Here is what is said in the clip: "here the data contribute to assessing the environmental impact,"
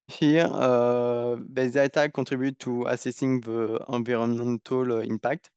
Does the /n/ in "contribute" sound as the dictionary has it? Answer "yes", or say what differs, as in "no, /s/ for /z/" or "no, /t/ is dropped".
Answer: no, /n/ is dropped